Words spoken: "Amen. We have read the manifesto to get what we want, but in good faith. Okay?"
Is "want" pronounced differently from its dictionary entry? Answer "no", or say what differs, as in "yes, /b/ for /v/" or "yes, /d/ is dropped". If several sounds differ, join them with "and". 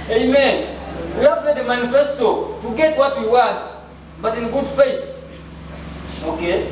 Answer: yes, /n/ is dropped